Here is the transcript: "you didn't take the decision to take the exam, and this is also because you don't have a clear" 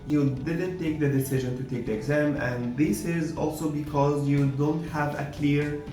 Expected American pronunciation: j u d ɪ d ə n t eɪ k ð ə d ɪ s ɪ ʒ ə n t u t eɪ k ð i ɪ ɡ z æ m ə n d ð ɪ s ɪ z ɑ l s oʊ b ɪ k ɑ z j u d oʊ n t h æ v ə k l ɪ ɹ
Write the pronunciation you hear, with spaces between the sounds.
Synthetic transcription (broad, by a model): j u d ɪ d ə n t eɪ k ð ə d ɪ s ɪ ʒ ə n t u t eɪ k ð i ɪ ɡ z æ m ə n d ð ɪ s ɪ z ɑ l s oʊ b ɪ k ɑ z j u d oʊ n t h æ v ə k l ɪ ɹ